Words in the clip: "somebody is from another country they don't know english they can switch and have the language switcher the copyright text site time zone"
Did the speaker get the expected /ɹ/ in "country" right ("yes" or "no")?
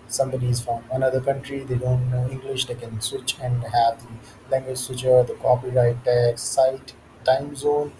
yes